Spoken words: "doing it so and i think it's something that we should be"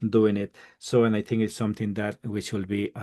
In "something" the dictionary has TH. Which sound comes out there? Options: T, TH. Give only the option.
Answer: T